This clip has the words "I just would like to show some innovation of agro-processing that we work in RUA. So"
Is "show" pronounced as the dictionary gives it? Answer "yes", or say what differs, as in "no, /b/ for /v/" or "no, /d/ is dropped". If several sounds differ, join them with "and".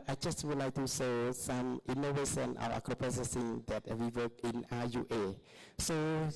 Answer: no, /s/ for /ʃ/